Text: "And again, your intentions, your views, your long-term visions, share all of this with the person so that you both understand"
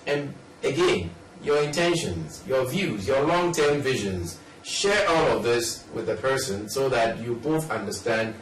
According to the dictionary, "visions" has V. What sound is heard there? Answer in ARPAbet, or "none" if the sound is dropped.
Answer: V